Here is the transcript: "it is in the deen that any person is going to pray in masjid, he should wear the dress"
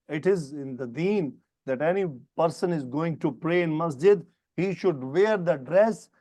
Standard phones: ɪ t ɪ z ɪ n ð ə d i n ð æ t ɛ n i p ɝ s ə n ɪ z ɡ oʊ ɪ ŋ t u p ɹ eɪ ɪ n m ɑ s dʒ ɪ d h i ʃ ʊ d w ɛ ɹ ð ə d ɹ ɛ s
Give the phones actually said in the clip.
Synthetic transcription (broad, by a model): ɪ t ɪ z ɪ n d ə d i n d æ t ɛ n i p ɝ s ə n ɪ z ɡ oʊ ɪ ŋ t u p ɹ eɪ ɪ n m ɑ s dʒ ɪ d h i ʃ ʊ d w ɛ ɹ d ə d ɹ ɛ s